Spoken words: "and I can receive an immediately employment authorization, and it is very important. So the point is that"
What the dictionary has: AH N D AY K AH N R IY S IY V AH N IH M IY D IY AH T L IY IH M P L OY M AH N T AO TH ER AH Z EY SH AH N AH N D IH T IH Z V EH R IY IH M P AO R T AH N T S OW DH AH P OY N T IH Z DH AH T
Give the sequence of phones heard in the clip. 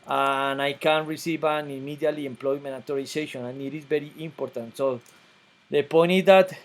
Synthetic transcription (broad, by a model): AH N AY K AH N R IY S IY V AH N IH M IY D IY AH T L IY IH M P L OY M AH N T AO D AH S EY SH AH N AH N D IH T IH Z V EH R IY IH M P AO R T AH N T S OW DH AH P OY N IH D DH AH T